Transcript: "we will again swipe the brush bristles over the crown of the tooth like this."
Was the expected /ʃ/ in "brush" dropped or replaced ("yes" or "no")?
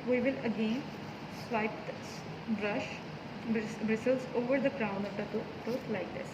no